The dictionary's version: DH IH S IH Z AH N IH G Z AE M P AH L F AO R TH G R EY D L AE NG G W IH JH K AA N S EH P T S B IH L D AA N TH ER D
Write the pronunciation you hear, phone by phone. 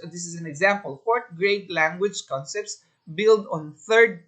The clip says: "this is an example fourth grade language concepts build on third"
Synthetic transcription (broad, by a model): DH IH S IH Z AH N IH G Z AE M P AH L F AO R T G R EY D L AE NG G W IH JH K AA N S EH P T S B IH L D AA N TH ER D